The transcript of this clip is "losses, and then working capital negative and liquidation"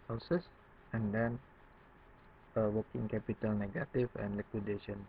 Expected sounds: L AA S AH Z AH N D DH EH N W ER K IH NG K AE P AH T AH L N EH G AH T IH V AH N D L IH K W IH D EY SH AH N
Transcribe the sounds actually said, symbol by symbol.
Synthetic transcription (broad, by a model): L S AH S AH N D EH N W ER K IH NG K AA P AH T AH L N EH G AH T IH F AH N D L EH K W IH D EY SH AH N